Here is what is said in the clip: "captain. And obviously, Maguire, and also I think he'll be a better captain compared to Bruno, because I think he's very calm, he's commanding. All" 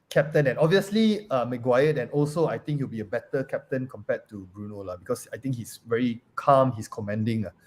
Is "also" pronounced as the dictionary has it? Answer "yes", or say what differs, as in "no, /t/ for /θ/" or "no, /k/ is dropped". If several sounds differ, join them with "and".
yes